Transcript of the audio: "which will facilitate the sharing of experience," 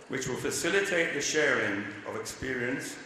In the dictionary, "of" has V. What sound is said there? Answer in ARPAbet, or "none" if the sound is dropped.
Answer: V